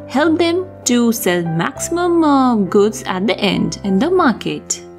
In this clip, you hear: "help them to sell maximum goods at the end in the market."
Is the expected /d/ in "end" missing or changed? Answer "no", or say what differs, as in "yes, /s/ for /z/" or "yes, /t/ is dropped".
no